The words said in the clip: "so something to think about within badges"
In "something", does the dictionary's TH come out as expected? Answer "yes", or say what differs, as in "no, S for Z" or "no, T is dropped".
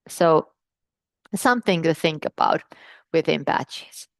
yes